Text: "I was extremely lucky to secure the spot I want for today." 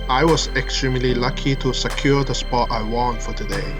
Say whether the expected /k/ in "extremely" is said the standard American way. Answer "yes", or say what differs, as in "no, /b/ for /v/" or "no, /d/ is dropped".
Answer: yes